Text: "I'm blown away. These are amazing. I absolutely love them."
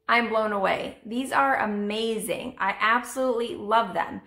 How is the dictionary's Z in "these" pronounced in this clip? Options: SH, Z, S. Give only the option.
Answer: Z